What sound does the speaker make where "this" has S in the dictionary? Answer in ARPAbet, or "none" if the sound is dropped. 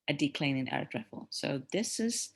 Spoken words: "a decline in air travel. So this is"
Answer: S